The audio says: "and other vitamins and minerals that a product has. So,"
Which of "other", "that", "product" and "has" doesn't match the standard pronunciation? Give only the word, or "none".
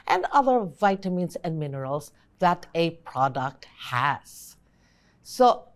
none